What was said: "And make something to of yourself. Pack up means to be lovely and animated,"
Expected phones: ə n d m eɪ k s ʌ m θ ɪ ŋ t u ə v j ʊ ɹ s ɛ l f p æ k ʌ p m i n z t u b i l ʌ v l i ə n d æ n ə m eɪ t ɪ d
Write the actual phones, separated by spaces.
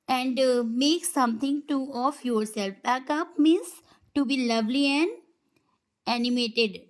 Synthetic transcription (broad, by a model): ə n d m eɪ k s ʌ m t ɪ ŋ t u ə f j ʊ ɹ s ɛ l f b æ k ʌ p m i n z t u b i l ʌ v l i ə n d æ n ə m eɪ t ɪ d